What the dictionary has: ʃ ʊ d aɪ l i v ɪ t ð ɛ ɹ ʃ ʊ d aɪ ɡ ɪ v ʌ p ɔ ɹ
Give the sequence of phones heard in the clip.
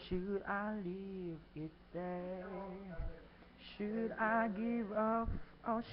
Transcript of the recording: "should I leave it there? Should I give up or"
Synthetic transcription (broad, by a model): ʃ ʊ d aɪ l i v ɪ t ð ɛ ʃ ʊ d aɪ ɡ ɪ v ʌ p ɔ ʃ